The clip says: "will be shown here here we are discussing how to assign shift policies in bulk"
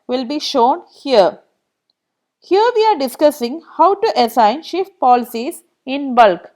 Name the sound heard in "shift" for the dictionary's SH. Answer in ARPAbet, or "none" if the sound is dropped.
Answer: SH